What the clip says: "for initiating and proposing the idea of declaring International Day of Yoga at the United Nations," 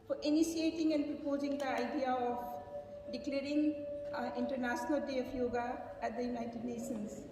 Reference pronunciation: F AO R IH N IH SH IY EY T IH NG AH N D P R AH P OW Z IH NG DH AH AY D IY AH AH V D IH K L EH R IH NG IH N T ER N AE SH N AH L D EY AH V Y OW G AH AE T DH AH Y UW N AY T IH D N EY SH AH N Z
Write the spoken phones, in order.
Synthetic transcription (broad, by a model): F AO R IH N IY S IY EY T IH NG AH N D P R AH P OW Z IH NG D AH AY D IY AH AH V D IH K L EH R IH NG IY N T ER N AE S N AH L D EY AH P Y OW G AH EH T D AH Y UW N AY T IH D N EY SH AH N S